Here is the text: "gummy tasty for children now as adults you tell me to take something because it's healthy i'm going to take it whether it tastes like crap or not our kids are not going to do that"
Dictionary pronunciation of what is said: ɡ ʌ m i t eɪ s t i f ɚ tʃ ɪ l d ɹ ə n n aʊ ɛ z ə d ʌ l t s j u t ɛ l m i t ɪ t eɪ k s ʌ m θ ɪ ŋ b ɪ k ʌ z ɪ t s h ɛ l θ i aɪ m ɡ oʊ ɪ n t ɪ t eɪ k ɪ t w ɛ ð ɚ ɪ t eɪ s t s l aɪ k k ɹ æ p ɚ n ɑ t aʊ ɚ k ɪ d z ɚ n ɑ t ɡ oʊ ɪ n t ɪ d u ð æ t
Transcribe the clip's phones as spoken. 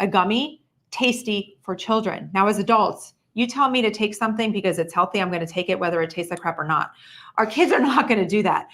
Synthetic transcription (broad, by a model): ɡ ʌ m i t eɪ s t i f ɚ tʃ ɪ l d ɹ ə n n aʊ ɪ z ə d ʌ l t s j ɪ t ɛ l m i t ɪ t eɪ k s ʌ m θ ɪ ŋ b ɪ k ʌ z ɪ t s h ɛ l θ i aɪ m ɡ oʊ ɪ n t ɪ t eɪ k ɪ t w ɛ ð ɚ ɪ t eɪ s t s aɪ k k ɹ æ p ɚ n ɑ t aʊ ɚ k ɪ d z ɚ n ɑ t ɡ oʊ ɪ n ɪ d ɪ ð æ t